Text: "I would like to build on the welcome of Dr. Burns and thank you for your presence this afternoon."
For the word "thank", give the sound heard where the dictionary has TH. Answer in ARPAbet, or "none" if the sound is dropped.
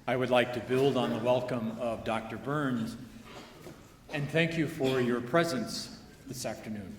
TH